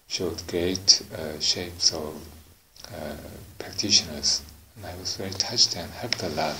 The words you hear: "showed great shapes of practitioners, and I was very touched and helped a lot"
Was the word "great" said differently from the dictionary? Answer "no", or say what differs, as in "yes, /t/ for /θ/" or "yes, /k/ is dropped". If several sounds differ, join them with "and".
yes, /ɹ/ is dropped